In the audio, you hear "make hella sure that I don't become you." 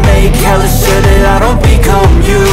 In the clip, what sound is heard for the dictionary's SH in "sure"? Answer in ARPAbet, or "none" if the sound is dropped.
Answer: S